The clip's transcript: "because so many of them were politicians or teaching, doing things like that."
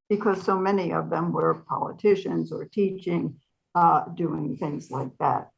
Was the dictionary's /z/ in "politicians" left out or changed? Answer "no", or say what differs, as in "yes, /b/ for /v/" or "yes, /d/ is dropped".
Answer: no